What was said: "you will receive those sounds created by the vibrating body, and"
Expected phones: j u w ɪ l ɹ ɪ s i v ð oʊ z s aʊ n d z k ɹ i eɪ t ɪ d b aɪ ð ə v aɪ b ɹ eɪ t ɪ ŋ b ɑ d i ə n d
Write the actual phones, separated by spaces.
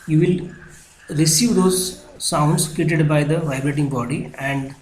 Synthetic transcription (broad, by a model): j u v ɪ l ɹ ɪ s i v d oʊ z s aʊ n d s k i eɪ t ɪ d b aɪ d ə v aɪ b ɹ eɪ t ɪ ŋ b ɑ d i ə n d